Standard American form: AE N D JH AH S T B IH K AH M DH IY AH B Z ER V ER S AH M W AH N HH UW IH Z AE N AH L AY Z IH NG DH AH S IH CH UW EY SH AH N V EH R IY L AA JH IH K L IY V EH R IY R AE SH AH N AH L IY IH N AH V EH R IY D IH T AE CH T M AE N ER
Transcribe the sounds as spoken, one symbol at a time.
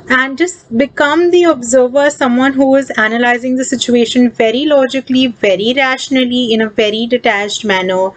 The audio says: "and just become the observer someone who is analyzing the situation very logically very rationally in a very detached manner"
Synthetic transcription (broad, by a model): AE N D JH AH S T B IH K AH M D IY AH B Z ER V ER S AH M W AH N HH UW IH Z AE N AH L AY Z IH NG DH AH S IH CH UW EY SH AH N V EH R IY L AA JH IH K L IY V EH R IY R AE SH AH N AH L IY IH N AH V EH R IY D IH T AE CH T M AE N ER